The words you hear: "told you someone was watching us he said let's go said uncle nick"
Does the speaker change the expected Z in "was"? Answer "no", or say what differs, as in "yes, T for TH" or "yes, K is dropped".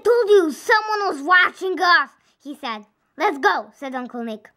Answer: no